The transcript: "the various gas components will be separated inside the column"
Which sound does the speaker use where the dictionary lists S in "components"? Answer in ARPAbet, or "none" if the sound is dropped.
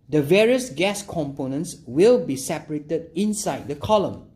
S